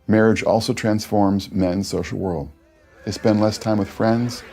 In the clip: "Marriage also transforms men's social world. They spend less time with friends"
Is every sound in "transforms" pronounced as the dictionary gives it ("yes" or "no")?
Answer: yes